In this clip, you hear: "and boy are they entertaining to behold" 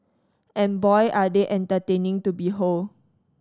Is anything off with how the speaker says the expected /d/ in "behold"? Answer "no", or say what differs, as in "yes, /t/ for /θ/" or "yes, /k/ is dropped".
yes, /d/ is dropped